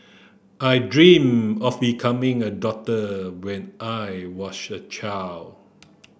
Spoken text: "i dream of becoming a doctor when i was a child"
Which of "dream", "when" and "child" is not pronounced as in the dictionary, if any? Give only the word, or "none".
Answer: child